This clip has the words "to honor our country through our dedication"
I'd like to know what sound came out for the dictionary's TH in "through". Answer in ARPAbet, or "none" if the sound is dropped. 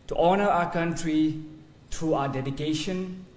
T